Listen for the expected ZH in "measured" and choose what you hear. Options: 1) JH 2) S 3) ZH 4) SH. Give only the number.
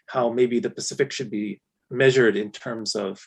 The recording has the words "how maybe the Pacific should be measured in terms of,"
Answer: 3